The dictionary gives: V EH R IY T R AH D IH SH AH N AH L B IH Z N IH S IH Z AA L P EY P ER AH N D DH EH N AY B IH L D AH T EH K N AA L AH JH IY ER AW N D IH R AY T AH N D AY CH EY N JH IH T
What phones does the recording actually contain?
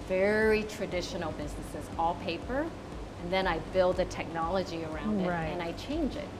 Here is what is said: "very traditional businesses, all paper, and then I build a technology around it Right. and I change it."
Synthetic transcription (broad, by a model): V EH R IY T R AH D IH SH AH N L B IH Z N IH S IH Z AA L P EY P ER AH N DH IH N AY B IH L D AH T EH K N AA L AH JH IY ER AW N D IH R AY AH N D AY CH EY N JH IH T